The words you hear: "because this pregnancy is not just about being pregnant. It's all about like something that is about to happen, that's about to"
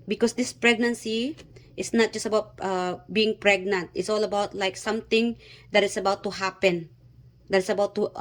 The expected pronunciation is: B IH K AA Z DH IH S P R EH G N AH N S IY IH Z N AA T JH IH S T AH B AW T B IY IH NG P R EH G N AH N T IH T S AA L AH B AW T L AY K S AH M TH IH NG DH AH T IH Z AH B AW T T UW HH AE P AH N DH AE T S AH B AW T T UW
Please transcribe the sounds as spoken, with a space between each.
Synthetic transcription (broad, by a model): B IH K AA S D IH S P R EH G N AH N S IY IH S N AA T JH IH S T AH B AW T B IY IH NG P R EH G N AH N T IH T S AA L AH B AW T L AY K S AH M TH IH NG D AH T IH S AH B AW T T UW HH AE P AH N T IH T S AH B AW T T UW